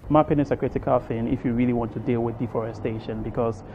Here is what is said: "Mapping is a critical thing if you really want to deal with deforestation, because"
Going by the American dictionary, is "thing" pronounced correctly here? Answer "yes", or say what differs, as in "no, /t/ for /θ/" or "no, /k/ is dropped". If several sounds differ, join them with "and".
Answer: no, /f/ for /θ/